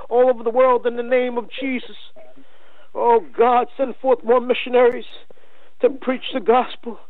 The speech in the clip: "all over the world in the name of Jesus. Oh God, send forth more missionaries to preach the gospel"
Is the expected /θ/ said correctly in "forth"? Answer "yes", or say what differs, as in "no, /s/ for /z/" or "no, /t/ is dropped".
yes